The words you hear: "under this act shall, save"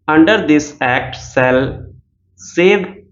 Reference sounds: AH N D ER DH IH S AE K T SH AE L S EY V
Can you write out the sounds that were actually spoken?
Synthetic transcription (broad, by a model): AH N D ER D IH S AE K T S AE L S EY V